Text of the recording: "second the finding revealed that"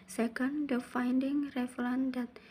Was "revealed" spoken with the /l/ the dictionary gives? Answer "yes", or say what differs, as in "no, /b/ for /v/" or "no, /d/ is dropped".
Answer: no, /n/ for /l/